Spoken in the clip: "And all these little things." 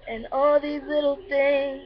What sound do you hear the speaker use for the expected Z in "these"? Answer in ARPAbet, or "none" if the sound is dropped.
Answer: Z